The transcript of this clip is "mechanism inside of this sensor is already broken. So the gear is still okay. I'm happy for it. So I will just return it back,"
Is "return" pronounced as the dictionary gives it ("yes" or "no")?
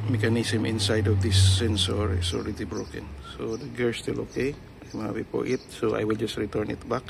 yes